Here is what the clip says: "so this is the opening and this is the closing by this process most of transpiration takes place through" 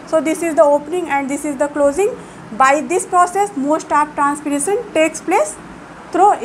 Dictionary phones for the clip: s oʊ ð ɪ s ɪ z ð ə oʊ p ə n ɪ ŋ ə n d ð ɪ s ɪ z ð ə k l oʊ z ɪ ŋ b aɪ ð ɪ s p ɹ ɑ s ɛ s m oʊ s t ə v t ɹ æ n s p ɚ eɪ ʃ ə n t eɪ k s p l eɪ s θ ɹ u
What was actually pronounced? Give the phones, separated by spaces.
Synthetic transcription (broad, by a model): s oʊ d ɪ s ɪ z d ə oʊ p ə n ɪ ŋ ə n d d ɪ s ɪ z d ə k l oʊ z ɪ ŋ b aɪ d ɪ s p ɹ ɑ s ɛ s m oʊ s t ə p t ɹ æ n s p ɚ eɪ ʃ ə n t eɪ k s p l eɪ s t ɹ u